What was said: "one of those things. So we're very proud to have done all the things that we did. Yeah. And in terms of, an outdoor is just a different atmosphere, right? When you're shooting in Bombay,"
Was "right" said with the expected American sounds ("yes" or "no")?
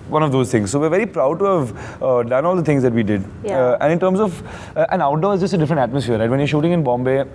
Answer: yes